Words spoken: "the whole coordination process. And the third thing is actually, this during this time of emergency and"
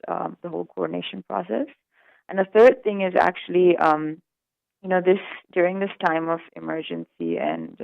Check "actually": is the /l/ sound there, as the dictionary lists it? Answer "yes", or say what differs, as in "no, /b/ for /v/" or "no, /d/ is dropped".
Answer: no, /n/ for /l/